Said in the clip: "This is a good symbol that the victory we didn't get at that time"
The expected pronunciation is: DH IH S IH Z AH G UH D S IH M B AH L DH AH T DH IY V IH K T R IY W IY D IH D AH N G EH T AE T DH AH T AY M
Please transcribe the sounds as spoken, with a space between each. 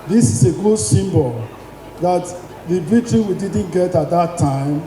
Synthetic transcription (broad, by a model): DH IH S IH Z AH G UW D S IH M B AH L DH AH T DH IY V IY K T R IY W IY D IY D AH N G EH T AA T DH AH T AY M